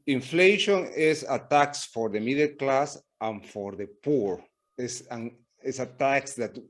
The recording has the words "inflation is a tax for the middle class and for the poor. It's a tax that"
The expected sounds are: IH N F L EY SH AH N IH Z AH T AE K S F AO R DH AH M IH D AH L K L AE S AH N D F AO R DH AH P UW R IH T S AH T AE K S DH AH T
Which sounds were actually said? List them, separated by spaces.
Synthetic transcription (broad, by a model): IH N F L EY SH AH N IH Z AH T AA K S F AO R DH AH M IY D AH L K L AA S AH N F AO R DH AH P UW R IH S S AH T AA K S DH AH T